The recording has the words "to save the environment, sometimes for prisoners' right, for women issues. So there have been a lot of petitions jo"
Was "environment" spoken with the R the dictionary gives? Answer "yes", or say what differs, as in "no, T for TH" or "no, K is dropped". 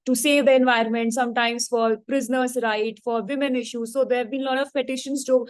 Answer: yes